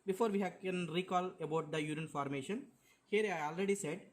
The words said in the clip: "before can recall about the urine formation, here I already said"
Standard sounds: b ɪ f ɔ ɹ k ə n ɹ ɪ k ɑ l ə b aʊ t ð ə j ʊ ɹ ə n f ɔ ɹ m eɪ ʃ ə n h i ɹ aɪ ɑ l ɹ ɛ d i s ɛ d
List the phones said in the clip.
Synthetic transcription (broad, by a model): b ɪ f ɔ ɹ k ə n ɹ ɪ k ɑ l ə b aʊ t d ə j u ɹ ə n f ɔ ɹ m eɪ ʃ ə n h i ɹ aɪ ɑ l ɹ ɛ d i s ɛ d